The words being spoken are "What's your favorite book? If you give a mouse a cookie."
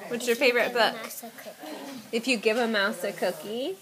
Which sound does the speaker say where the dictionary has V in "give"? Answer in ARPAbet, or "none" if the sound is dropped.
V